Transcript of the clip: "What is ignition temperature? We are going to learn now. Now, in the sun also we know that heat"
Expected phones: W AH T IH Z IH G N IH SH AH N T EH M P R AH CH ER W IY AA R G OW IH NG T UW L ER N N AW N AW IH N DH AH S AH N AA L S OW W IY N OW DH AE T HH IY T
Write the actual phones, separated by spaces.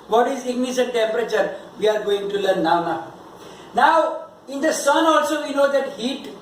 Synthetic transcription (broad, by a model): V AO T IH Z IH G N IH S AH N T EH M P R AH CH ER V IY AA R G OW IH NG T UW L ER N N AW N AW IH N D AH S AH N AA L S OW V IY N OW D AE T HH IY T